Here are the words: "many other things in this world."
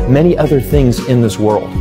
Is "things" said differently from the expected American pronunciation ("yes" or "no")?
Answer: no